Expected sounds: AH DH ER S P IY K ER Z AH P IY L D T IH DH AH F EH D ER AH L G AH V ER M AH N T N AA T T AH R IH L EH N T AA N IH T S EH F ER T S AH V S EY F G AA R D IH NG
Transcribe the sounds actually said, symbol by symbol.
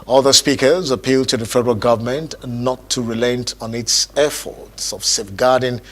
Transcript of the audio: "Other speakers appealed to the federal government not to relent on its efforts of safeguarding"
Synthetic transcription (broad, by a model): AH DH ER S P IY K ER Z AH P IY L D T IH DH AH F EH D ER AH L G AH V ER M AH N T N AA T T AH R IH L EH N T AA N IH T S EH F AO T S AH V S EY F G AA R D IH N